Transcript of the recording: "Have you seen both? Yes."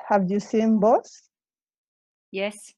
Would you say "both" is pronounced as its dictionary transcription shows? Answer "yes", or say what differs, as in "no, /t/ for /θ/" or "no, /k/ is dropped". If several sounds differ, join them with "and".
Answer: no, /s/ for /θ/